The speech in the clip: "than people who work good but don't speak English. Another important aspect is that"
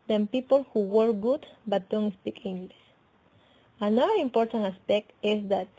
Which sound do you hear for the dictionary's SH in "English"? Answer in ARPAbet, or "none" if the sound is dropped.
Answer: S